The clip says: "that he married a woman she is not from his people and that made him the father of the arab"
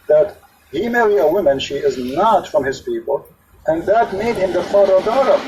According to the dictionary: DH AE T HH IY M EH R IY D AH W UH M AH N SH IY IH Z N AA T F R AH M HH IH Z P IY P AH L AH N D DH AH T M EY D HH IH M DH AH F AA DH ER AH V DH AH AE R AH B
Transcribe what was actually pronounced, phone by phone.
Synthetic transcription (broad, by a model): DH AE T HH IY M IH L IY AH W UH M AH N SH IY IH Z N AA T F R AH M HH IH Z P IY P AH L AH N DH AH T M EY D HH IH M DH AH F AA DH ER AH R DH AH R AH